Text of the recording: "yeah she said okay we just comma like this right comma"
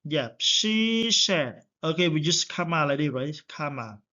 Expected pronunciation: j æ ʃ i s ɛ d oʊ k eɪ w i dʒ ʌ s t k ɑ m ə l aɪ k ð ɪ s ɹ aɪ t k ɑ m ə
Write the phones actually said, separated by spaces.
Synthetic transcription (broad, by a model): j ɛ ʃ i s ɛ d oʊ k eɪ w i dʒ ʌ s t k ɑ m ə l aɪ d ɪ ɹ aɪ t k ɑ m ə